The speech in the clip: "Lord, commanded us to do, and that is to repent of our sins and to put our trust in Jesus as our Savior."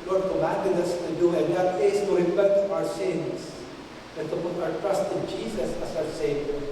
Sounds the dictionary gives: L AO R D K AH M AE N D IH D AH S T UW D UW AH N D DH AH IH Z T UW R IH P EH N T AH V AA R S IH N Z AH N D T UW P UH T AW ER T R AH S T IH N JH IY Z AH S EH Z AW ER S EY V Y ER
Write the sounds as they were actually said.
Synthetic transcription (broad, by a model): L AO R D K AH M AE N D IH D AH S T UW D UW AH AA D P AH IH S T UW R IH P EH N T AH W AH R S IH N S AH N T UW P UH T AW ER T R AH S T IH N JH IY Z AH S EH S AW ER S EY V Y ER